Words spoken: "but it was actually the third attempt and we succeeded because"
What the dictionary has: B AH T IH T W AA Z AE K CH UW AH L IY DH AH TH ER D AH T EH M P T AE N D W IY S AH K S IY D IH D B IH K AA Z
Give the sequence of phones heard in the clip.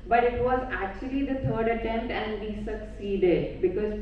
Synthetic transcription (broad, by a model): B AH T IH T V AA Z AE K CH UW AH L IY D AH T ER D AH T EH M T AE N D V IY S AH K S IY D IH D B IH K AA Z